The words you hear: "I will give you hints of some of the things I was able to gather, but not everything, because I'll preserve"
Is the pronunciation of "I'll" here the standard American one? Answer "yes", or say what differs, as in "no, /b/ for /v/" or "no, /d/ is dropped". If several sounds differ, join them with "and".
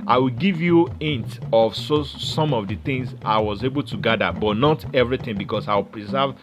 no, /w/ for /l/